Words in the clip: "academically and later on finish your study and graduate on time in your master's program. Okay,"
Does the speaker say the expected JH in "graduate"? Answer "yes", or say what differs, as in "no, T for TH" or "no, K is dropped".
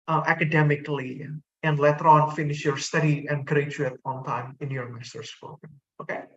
no, CH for JH